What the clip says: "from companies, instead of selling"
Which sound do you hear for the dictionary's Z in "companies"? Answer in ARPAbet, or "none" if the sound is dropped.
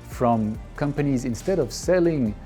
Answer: Z